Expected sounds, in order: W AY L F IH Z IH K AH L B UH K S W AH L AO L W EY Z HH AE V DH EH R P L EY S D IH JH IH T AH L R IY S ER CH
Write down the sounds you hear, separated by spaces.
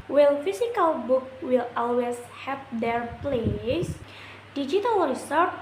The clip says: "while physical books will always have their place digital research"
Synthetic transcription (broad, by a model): W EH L F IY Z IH K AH L B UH K W AH L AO L W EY S HH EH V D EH R P L EY S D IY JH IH T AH L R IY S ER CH